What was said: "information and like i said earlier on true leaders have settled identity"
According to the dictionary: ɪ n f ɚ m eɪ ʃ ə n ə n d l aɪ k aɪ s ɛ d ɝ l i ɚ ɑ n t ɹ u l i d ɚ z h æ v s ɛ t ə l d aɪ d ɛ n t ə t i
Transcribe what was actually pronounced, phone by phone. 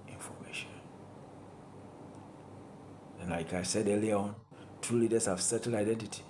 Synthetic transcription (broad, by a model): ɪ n f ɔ m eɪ ʃ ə n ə n l aɪ k aɪ s ɛ d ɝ l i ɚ ɑ n t u l i d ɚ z h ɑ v s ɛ t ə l aɪ d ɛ n t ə t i